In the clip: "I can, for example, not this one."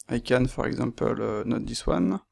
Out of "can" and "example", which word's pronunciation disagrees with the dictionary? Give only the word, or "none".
example